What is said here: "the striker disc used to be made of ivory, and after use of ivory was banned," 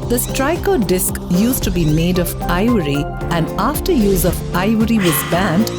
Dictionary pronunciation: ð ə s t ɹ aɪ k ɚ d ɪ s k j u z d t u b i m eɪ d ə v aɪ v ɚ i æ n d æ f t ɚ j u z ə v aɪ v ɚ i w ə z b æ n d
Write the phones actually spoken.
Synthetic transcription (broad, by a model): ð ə s t ɹ aɪ k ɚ d ɪ s k j u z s t u b i m eɪ d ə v aɪ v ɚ i æ n d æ f t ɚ j u z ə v aɪ v ɚ i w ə z b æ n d